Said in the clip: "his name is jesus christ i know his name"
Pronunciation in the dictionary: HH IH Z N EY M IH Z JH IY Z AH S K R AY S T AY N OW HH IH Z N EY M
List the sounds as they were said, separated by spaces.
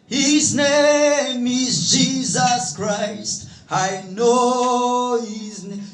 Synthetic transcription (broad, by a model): HH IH Z N EY M IH Z JH IY Z AH S K R AY S T AY N OW HH IH Z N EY